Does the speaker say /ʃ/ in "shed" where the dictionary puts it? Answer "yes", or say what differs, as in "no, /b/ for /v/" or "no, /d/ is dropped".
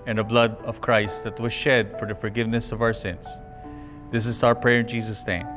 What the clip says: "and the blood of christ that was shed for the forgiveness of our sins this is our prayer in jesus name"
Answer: yes